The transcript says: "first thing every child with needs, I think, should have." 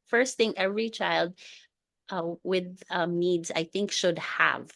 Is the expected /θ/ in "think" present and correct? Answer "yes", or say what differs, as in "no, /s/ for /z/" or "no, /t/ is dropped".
yes